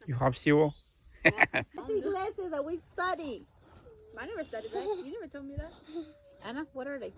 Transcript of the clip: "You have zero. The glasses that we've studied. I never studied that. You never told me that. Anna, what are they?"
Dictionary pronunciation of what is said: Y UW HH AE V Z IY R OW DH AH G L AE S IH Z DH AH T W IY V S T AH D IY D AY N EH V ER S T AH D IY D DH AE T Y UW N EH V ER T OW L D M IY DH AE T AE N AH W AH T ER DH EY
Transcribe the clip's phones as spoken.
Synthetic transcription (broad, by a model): Y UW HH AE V S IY W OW DH AH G L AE S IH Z DH AH T W IY V S T AH D IY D AY N EH V ER S T AH D IY D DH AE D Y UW N EH V ER T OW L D M IY DH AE T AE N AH W AH T ER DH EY